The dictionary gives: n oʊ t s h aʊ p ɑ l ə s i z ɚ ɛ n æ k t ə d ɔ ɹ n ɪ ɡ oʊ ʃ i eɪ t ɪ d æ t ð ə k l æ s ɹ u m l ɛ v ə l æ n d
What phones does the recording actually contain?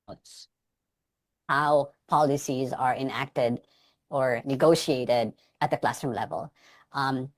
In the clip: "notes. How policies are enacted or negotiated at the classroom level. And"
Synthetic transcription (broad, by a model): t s h aʊ p ɑ l ə s i z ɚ ɛ n æ k t ə d ɔ ɹ n ɪ ɡ oʊ ʃ i eɪ t ɪ d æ t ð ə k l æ s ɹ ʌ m l ɛ v ə l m